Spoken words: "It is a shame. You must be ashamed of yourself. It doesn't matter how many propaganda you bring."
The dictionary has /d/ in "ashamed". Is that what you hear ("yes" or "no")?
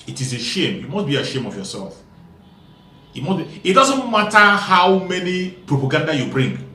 no